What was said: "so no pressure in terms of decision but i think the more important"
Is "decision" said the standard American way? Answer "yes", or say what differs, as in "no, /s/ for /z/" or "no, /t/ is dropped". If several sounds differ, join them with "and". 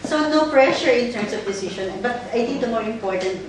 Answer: no, /ʃ/ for /ʒ/